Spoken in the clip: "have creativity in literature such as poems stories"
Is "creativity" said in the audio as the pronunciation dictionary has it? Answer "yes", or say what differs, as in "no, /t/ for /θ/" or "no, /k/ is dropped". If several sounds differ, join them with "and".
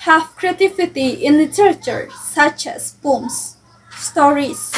no, /f/ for /v/